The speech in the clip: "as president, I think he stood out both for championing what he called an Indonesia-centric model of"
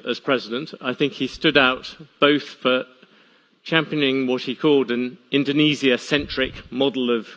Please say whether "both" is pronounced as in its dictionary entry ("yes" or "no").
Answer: yes